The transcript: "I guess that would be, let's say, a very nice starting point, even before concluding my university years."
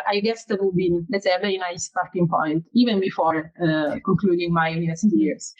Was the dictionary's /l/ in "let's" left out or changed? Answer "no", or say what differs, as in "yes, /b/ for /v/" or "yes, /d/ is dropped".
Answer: yes, /n/ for /l/